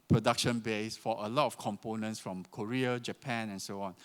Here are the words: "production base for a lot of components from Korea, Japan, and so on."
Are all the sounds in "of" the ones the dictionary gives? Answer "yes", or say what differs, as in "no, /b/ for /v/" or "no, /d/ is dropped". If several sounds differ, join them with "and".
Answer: no, /f/ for /v/